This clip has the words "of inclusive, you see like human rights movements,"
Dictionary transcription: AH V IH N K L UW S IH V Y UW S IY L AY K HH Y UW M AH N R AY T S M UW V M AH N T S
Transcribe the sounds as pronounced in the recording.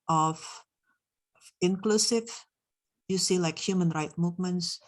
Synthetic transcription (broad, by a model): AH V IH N K L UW S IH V Y UW S IY L AY K HH Y UW M AH N R AY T M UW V M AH N T S